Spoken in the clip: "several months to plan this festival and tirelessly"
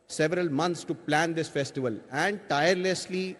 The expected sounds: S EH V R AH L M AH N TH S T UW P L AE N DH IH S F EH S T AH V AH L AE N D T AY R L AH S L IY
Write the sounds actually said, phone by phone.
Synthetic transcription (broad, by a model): S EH V R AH L M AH N T S T UW P L AE N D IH S F EH S T AH V AH L AE N D T AY R L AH S L IY